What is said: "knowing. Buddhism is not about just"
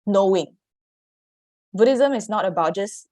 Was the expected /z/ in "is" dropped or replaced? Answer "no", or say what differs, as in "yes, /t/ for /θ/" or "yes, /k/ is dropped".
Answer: yes, /s/ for /z/